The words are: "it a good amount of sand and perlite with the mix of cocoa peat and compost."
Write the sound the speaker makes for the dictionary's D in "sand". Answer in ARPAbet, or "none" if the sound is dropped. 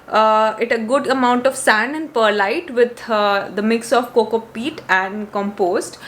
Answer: none